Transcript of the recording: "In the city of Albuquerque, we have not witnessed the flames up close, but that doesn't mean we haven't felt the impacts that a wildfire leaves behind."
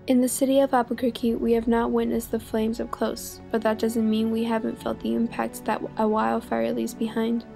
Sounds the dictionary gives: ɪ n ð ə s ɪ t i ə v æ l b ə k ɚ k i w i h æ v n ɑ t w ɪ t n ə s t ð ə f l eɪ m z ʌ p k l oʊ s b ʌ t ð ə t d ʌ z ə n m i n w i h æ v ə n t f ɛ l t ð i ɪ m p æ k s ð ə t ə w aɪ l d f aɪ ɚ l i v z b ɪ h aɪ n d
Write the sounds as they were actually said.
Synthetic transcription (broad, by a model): ɪ n ð ə s ɪ t i ə v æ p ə k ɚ k i w i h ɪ v n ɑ t w ɪ t n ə s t ð ə f l eɪ m z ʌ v k l oʊ s b ʌ t ð ə t d ʌ z ə n m i n w i h æ v ə n t f ɛ l t ð i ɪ m p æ k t ð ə t ə w aɪ l f ɚ l i z b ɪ h aɪ n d